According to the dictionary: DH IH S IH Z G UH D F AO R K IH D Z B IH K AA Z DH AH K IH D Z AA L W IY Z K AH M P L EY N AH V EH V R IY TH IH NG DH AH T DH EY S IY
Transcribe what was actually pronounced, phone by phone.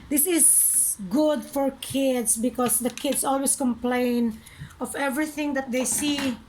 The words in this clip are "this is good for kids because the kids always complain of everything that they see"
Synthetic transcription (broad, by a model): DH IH S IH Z G UH D F AO R K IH D S B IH K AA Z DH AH K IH D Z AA L W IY S K AH M P L EY N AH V EH V R IY TH IH NG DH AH T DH EY S IY